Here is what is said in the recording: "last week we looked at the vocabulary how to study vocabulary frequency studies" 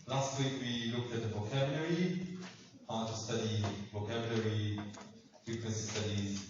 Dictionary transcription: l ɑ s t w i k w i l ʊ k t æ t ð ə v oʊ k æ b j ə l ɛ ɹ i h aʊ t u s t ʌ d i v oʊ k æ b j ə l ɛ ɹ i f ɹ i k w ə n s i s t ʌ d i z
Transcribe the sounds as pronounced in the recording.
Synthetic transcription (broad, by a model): l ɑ s t w i k w i l ʊ k t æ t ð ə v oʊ k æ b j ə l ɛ ɹ i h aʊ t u s t ʌ d i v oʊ k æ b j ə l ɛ ɹ i f ɹ i k w ə n s i s t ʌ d i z